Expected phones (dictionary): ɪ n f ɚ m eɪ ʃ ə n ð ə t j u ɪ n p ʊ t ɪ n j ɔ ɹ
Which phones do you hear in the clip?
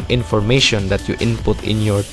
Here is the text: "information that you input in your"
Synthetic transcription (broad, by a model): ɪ n f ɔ m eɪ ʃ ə n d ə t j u ɪ n p ʊ t ɪ n j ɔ ɹ